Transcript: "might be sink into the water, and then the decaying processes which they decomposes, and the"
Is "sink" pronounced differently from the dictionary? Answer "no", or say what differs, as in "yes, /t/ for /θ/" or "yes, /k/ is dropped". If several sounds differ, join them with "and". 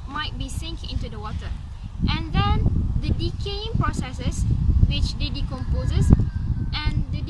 no